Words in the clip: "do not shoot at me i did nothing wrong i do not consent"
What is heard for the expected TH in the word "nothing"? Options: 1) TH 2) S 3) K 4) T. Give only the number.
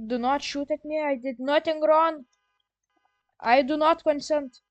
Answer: 4